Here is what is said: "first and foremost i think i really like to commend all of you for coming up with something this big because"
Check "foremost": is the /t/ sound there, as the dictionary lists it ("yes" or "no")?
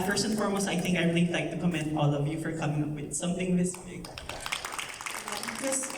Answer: no